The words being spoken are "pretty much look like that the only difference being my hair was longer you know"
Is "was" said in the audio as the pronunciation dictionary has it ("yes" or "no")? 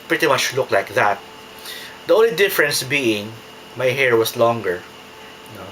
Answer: no